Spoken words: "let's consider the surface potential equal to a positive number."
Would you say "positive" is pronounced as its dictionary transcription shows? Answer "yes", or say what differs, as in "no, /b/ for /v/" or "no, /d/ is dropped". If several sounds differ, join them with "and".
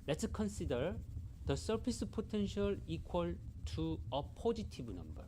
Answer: no, /b/ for /v/